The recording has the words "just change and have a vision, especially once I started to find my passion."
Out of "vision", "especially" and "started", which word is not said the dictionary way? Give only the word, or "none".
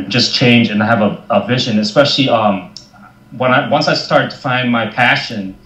especially